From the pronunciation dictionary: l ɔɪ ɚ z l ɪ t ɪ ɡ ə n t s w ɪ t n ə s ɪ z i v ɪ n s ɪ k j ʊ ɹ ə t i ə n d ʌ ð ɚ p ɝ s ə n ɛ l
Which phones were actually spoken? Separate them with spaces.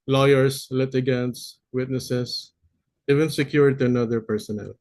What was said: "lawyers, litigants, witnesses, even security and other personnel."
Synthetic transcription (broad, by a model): l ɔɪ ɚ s l ɪ t ɪ ɡ ə n t s w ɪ t n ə s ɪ s i v ɪ n s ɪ k j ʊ ɹ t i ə n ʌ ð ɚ p ɝ s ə n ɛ l